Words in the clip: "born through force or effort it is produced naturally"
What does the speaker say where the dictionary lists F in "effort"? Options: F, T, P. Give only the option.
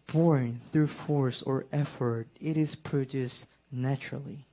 F